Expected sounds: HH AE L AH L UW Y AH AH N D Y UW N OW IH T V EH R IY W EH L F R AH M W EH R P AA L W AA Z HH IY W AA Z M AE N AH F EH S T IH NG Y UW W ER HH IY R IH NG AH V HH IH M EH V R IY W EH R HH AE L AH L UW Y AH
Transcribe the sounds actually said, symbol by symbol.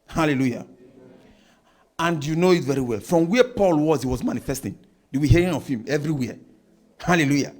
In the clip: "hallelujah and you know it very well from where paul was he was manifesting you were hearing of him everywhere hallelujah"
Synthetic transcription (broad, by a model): HH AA L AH L UW Y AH AH N D Y UW N OW IH T V EH R IY W EH L F R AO M W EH P AA L W AA Z HH IY W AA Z M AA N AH F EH S T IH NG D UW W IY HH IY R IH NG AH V HH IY M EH V R IY W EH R HH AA L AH L UW Y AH